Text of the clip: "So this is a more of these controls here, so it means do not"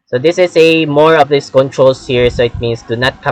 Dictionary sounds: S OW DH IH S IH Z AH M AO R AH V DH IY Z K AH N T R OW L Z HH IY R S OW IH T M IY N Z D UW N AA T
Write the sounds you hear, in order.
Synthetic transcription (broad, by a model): S OW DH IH S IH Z AH M AO R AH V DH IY S K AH N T R OW L S HH IY R S OW IH T M IY N S D UW N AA T